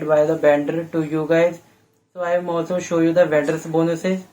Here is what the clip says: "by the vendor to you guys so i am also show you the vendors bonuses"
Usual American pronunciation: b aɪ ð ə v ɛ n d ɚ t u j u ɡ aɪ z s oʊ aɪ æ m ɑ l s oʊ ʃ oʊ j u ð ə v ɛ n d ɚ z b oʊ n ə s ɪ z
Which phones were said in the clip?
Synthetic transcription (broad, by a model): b aɪ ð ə b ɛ n d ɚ t u j u ɡ aɪ z s oʊ aɪ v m ɑ l s oʊ ʃ oʊ j u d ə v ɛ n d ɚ s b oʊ n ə s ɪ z